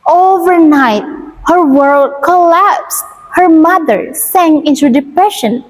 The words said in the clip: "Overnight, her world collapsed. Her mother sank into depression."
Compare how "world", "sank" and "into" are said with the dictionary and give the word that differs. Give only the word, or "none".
sank